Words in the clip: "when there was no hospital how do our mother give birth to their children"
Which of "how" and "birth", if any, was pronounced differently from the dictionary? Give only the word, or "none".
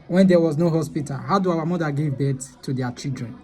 birth